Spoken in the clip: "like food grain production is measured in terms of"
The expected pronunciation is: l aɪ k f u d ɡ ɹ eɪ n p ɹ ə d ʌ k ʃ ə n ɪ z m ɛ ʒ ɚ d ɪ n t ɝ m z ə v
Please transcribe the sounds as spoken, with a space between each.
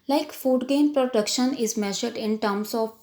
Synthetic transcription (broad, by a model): l aɪ k f u d ɡ eɪ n p ɹ ə d ʌ k ʃ ə n ɪ z m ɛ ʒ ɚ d ɪ n t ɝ m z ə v